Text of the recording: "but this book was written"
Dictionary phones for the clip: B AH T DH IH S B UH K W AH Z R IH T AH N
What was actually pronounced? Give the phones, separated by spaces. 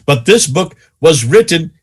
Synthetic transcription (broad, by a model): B AH T DH IH S B UH K W AH Z R IH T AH N